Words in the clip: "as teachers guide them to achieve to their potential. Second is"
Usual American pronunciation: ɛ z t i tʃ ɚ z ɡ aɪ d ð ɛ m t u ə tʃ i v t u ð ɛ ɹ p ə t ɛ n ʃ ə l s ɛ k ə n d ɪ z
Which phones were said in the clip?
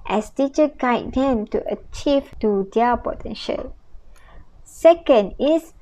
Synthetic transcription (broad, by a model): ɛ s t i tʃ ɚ ɡ aɪ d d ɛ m t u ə tʃ i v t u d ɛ p ə t ɛ n ʃ ə l s ɛ k ə n d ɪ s